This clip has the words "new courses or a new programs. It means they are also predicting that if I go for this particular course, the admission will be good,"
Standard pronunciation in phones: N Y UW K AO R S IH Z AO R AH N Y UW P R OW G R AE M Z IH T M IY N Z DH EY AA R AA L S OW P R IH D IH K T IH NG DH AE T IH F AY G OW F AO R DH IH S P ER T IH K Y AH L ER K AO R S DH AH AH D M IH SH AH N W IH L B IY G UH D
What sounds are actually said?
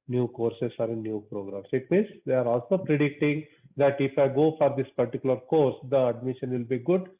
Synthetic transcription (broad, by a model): N Y UW K AO R S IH S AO R AH N Y UW P R OW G R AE M S IH T M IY N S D EY AA R AA L S OW P R IH D IH K T IH NG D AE T IH F AY G OW F AO R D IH S P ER T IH K Y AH L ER K AO R S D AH AH D M IH SH AH N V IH L B IY G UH D